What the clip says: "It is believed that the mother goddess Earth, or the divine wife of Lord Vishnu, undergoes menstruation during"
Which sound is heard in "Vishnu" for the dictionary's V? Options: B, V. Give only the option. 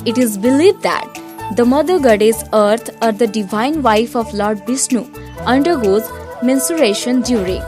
B